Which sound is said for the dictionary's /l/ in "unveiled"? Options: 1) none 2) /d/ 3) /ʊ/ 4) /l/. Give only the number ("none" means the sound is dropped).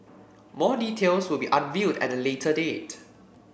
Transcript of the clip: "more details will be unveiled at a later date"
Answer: 1